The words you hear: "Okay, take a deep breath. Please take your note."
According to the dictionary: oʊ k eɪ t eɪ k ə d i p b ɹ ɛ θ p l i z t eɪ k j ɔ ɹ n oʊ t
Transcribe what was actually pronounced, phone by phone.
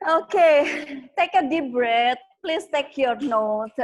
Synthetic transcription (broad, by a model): oʊ k eɪ t eɪ k ə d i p b ɹ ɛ t p l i s t eɪ k j ɔ ɹ n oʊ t